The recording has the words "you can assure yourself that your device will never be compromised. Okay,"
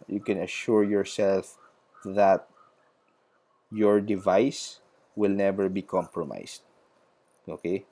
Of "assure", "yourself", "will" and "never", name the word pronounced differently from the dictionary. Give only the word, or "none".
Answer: none